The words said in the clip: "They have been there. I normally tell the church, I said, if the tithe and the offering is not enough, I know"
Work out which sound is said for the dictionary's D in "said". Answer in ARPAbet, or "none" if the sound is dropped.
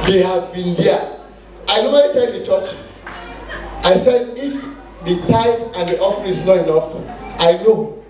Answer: D